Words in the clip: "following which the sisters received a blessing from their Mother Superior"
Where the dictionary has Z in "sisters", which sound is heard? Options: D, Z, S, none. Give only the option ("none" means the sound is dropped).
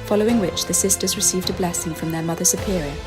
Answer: Z